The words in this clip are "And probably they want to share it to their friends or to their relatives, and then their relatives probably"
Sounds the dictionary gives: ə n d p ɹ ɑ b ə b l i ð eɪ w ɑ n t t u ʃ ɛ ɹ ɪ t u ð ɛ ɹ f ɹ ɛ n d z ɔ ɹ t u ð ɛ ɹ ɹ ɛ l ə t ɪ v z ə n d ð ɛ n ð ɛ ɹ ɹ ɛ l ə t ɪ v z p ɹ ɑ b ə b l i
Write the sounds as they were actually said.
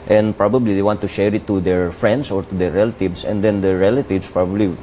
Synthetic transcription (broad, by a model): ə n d p ɹ ɑ b ə b l i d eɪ w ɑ n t t u ʃ ɛ ɹ ɪ t u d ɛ ɹ f ɹ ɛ n d s ɔ ɹ t u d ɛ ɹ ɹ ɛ l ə t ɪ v s ə n d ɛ n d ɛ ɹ ɹ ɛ l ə t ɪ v s p ɹ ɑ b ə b l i